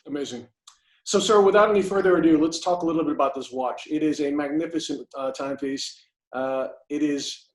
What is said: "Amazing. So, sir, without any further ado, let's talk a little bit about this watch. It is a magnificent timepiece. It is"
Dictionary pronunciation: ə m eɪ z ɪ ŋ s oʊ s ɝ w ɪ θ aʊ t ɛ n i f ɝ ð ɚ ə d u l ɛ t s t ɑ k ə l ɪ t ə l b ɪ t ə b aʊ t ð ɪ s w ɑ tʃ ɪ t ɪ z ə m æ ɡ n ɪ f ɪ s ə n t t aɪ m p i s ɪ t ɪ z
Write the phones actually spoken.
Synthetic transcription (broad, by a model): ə m eɪ z ɪ ŋ s oʊ s ɝ w ɪ θ aʊ t ɛ n i f ɝ ð ɚ ə d u l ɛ t s t ɑ k ə l ɪ t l b ɪ t ə b aʊ t ð ɪ s w ɑ tʃ ɪ t ɪ z ə m æ ɡ n ɪ f ɪ s ə n t t aɪ m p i s ɪ t ɪ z